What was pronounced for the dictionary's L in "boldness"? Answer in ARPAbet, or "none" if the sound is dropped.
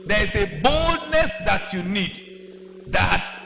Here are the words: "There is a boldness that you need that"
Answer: L